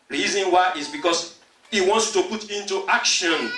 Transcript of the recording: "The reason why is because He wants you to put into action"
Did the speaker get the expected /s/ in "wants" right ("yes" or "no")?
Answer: yes